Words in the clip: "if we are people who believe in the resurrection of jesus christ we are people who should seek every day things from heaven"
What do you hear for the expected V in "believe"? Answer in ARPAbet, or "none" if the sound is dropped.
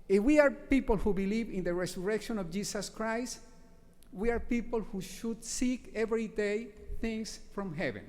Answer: V